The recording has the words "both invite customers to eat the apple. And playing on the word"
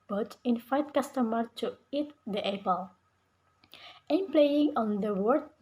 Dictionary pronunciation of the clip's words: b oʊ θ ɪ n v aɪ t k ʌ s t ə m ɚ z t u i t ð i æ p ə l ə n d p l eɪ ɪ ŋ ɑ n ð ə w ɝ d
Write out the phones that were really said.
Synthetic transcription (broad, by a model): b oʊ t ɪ n f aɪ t k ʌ s t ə m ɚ t u i t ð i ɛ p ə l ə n p l eɪ ɪ ŋ ɑ n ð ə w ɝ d